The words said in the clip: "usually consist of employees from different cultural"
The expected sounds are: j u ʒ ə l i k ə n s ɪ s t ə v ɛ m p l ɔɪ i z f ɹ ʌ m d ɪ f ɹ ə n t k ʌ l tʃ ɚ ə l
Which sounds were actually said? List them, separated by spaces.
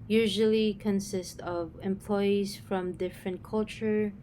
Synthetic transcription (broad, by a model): j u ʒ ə l i k ə n s ɪ s t ə v ɛ m p l ɔɪ i z f ɹ ʌ m d ɪ f ɹ ə n t k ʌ l tʃ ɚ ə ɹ